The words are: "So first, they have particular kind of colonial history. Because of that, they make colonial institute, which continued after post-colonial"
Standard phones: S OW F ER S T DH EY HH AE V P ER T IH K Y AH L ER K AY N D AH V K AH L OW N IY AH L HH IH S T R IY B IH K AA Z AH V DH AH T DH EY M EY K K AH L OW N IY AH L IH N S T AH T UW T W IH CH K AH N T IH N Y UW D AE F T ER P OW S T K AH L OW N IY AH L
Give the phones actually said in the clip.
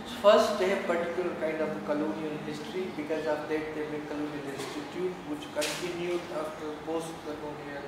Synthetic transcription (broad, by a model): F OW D S T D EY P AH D T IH K Y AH L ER K AY N D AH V K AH L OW N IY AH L HH IH S T R IY B IH K AA Z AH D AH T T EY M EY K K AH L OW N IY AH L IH S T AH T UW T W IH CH K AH N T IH N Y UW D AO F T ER P OW S T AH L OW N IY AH